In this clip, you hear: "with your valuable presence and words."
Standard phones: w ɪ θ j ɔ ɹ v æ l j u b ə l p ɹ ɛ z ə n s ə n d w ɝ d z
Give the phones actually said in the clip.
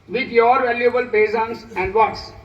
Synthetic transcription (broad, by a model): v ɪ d j ɔ ɹ v æ l j u b ə l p ɛ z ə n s ə n d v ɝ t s